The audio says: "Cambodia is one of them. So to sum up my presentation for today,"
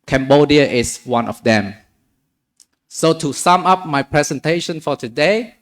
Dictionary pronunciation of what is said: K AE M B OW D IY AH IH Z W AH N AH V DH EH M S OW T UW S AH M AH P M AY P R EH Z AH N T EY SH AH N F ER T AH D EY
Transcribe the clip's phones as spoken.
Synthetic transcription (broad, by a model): K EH M B OW D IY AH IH S W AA N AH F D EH M S OW T UW S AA M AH P M AY P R EH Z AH N T EY SH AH N F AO T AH D EY